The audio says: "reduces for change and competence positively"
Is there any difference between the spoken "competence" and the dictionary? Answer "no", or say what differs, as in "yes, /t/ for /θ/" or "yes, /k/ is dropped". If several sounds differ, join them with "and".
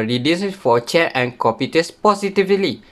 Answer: yes, /n/ is dropped